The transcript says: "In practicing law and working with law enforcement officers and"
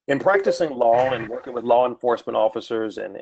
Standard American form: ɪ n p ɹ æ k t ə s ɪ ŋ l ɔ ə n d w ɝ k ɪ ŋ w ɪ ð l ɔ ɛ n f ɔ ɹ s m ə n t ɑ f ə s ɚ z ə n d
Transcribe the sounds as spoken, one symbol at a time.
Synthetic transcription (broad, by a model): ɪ n p ɹ æ k t ə s ɪ ŋ l ɔ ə n w ɝ k ɪ ŋ w ɪ ð l ɔ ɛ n f ɔ ɹ s m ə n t ɑ f ə s ɚ z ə n